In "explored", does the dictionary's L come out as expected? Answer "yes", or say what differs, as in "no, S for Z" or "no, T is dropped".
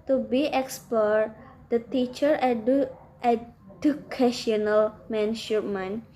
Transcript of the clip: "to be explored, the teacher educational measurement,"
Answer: no, L is dropped